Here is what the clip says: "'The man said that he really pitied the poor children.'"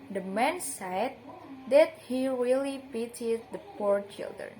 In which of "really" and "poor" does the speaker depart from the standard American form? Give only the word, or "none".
none